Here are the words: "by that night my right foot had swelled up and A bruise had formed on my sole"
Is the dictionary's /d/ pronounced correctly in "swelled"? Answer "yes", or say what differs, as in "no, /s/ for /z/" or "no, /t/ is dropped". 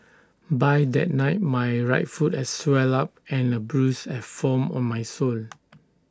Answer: no, /d/ is dropped